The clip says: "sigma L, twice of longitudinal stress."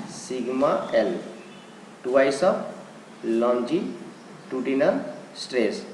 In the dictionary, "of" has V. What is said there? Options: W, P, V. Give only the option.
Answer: P